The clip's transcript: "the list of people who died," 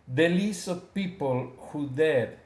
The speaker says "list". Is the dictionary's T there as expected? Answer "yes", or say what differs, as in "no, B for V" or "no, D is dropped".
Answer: no, T is dropped